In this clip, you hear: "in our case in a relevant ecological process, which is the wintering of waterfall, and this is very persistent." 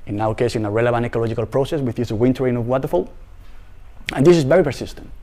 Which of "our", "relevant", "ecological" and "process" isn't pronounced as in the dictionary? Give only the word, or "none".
our